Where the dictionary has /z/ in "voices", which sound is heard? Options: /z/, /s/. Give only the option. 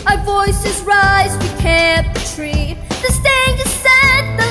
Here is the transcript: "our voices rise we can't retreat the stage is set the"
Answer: /z/